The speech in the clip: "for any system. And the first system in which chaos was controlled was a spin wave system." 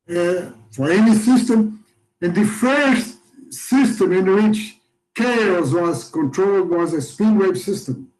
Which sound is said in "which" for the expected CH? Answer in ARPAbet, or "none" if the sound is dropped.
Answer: CH